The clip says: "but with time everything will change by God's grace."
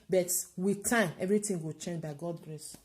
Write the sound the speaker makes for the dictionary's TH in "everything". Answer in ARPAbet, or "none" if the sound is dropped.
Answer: T